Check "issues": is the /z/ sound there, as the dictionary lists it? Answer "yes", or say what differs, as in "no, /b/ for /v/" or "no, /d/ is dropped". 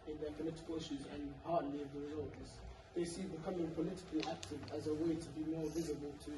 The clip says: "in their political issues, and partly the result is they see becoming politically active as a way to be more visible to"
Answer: yes